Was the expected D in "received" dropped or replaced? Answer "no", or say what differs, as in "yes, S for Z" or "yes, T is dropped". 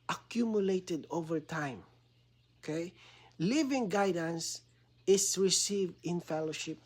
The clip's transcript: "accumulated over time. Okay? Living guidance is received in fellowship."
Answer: no